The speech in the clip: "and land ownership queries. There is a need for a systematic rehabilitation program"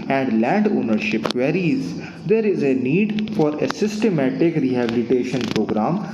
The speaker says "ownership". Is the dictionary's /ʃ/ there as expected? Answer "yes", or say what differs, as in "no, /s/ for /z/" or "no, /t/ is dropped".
yes